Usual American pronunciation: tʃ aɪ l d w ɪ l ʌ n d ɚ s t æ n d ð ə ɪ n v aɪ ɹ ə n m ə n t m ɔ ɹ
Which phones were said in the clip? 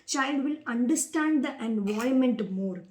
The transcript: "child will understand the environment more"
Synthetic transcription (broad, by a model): tʃ aɪ l d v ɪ l ʌ n d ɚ s t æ n d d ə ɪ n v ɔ ə m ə n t m ɔ ɹ